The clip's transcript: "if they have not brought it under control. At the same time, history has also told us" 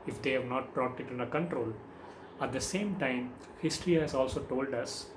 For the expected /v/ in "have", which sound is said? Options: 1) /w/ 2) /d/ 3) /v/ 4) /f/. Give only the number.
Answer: 3